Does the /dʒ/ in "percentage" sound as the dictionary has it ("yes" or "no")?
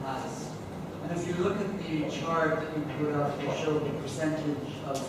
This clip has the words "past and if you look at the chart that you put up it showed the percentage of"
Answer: yes